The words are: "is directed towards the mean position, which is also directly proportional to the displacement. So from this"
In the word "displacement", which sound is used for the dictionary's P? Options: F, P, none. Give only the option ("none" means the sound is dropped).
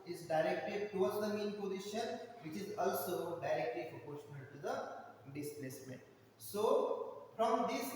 P